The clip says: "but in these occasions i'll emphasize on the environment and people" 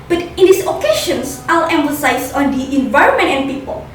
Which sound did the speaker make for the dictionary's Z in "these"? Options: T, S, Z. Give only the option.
S